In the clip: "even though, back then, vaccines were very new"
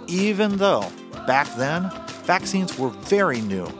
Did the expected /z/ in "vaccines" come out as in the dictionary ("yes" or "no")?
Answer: yes